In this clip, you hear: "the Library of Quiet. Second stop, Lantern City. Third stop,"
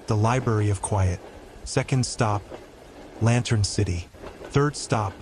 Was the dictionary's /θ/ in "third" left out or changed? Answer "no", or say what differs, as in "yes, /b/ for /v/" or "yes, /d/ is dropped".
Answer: no